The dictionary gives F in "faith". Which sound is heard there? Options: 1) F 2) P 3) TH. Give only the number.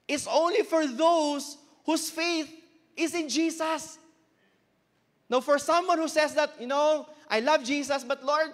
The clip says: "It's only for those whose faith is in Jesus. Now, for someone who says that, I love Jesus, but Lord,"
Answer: 1